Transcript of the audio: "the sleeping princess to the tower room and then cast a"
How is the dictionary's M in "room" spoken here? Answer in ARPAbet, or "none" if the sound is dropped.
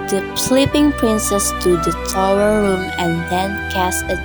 M